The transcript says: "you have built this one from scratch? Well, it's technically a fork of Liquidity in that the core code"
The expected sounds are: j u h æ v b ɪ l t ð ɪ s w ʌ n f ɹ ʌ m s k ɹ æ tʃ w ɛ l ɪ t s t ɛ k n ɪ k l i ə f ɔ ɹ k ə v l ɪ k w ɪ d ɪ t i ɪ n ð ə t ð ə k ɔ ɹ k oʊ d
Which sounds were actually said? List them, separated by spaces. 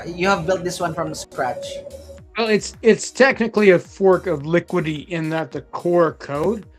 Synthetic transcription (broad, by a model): j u h æ v b ɪ l t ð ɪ s w ʌ n f ɹ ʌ m s k ɹ æ tʃ w ɛ l ɪ t s t ɛ k n ɪ k l i ə f ɔ ɹ k ə v l ɪ k w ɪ d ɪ t ɪ n ð ə t ð ə k ɔ ɹ k oʊ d